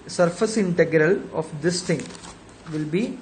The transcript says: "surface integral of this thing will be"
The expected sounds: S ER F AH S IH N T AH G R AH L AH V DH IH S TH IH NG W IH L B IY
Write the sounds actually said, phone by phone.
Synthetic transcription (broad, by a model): S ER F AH S IH N T AH G R AH L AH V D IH S T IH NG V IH L B IY